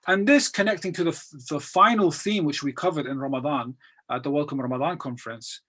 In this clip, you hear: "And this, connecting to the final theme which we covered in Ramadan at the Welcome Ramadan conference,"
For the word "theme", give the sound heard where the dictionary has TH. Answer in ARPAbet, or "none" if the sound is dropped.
TH